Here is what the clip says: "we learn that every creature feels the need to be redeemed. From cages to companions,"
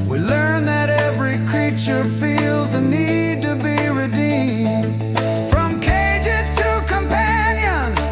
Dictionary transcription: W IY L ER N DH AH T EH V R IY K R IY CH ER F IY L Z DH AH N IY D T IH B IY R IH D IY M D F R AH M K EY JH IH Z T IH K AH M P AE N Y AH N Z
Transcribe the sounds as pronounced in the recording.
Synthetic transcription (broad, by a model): W IY L ER N DH AH T EH V R IY K R IY CH ER F IY L Z DH AH N IY D T IH B IY R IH D IY M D F R AH M K EY JH IH Z T IH K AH M P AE N Y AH N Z